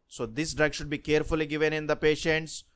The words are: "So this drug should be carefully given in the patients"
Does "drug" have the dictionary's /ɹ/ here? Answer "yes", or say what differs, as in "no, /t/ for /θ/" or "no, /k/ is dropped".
yes